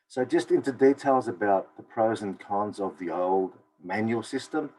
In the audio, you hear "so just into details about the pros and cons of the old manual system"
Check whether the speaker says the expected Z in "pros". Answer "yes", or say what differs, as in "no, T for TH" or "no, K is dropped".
yes